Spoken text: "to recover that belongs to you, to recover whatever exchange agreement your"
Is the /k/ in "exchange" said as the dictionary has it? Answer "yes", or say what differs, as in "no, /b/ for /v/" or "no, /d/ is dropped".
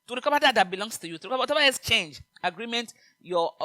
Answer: no, /k/ is dropped